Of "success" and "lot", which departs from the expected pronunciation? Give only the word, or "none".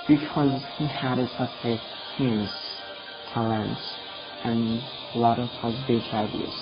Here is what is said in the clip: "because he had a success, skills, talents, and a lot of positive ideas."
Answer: success